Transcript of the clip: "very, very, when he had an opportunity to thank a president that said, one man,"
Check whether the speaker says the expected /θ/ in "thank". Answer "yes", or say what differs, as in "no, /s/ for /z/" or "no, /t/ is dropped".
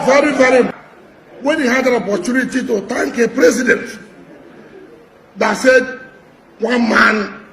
no, /t/ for /θ/